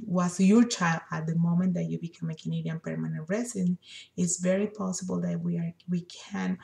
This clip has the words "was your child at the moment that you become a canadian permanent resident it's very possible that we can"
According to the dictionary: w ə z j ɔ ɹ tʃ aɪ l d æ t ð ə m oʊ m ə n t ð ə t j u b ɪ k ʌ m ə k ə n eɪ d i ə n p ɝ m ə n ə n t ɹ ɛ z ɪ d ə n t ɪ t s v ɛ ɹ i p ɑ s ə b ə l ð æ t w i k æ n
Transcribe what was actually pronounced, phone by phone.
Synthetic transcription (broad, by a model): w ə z j ɔ ɹ tʃ aɪ l d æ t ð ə m oʊ m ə n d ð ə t j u b ɪ k ʌ m ə k ə n eɪ d i ə n p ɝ m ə n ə n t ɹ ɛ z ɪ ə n ɪ t s v ɛ ɹ i p ɑ s ə b ə l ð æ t w i k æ n